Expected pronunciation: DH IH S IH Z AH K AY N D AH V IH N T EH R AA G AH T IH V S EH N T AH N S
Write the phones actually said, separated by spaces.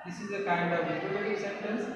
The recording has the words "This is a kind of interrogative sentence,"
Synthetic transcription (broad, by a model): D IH S IH Z AH K AY N D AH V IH T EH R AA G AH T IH S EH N T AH N S